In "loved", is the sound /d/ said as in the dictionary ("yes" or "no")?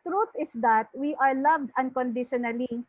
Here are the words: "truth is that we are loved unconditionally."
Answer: yes